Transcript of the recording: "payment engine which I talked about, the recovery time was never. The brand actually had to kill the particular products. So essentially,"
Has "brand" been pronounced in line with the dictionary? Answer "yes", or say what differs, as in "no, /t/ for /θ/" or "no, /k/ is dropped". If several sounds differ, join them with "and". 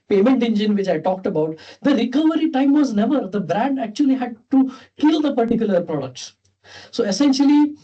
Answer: yes